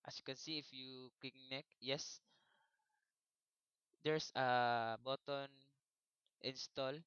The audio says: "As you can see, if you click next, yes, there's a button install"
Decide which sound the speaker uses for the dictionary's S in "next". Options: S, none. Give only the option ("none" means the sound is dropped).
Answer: none